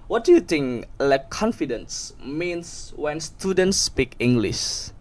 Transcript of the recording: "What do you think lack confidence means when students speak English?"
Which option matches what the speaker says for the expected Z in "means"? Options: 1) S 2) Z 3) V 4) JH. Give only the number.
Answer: 1